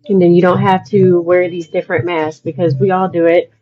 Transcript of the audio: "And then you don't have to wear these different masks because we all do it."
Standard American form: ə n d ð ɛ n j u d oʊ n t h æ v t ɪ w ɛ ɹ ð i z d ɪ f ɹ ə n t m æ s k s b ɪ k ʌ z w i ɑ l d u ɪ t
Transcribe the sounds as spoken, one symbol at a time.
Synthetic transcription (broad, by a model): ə n ð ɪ n j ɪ d oʊ n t h æ f t ɪ w ɛ ɹ ð i z d ɪ f ɹ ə n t m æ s s b ɪ k ʌ z w i ɑ l d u ɪ t